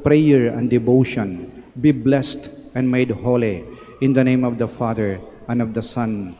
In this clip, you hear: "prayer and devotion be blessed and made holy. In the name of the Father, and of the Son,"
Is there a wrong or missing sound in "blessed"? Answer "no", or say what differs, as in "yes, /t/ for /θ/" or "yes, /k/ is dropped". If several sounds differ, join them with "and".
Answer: no